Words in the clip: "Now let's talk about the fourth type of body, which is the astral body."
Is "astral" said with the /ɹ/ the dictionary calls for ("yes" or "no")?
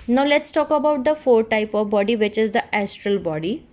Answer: yes